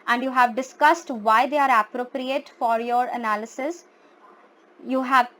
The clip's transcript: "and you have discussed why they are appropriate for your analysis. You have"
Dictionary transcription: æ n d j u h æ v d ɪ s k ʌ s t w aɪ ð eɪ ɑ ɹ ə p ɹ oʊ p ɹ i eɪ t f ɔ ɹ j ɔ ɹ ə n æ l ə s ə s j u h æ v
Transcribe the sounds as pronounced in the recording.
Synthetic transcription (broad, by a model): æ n d j u h æ v d ɪ s k ʌ s t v aɪ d eɪ ɑ ɹ ə p ɹ oʊ p ɹ i eɪ t f ɔ ɹ j ɔ ɹ ə n æ l ə s ə s j u h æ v